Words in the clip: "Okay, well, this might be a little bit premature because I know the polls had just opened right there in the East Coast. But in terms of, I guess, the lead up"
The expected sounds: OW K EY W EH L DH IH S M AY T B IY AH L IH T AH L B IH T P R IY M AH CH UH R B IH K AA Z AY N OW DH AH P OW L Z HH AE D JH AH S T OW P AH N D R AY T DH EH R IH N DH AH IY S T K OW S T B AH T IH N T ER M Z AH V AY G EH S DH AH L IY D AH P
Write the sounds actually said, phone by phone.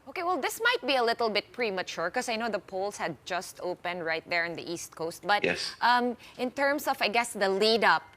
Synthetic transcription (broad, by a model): OW K EY W EH L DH IH S M AY T B IY AH L IH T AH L B IH T P R IY M AH CH UH R K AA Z AY N OW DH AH P OW L S HH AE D JH AH S T OW P AH N D R AY T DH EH R IH N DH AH IY S T K OW S T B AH T IH N T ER M S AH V AY G EH S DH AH L IY D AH P